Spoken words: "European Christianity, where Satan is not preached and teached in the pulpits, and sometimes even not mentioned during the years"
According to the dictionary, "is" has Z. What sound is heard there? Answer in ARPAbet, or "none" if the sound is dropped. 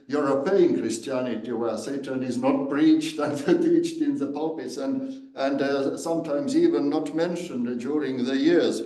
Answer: Z